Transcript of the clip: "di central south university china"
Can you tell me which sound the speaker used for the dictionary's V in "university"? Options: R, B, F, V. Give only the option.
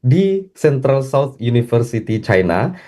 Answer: F